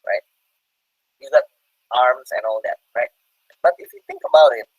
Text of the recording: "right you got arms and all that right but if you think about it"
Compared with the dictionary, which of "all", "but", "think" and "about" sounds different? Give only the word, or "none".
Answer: none